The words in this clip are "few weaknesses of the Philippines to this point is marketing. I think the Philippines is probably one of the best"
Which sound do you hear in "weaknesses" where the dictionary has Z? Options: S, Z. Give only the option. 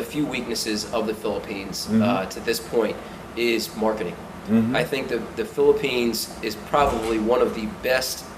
Z